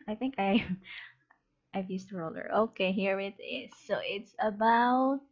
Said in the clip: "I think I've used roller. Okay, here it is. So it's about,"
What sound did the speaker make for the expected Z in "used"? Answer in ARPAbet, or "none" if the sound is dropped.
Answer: S